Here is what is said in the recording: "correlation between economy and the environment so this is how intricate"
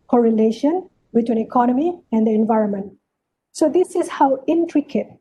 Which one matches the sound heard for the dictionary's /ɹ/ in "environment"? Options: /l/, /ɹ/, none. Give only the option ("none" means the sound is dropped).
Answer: /ɹ/